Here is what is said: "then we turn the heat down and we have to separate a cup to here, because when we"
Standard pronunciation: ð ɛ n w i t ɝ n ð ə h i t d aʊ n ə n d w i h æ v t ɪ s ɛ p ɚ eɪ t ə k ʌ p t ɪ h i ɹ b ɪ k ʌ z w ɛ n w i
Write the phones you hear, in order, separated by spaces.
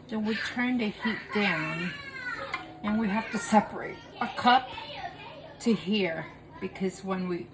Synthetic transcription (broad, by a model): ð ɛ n w i t ɝ n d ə h i t d aʊ n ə n w i h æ f t ɪ s ɛ p ɚ eɪ t ə k ʌ p t ɪ h i ɹ b ɪ k ʌ z w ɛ n w i